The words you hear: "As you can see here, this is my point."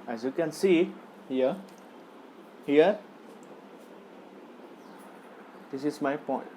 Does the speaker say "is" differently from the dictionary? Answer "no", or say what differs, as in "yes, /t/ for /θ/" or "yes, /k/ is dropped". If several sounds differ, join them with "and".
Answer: yes, /s/ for /z/